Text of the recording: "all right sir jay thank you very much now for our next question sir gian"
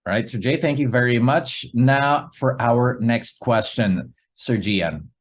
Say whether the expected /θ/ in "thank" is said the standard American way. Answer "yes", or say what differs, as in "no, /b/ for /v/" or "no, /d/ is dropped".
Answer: yes